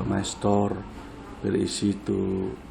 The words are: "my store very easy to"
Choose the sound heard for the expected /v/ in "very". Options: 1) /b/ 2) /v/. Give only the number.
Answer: 1